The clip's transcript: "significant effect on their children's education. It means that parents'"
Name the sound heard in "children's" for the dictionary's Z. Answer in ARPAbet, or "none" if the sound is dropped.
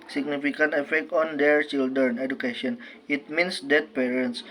none